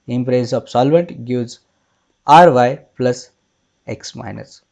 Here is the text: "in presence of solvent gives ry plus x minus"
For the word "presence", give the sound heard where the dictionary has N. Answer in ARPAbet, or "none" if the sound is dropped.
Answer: none